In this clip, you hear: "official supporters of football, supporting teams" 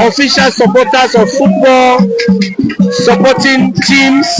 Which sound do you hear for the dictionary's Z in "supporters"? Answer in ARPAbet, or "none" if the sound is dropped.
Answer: S